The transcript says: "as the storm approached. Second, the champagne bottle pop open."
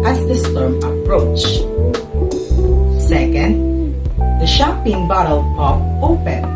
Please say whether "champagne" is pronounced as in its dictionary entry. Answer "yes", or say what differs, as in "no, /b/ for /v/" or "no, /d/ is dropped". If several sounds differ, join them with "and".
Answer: no, /m/ is dropped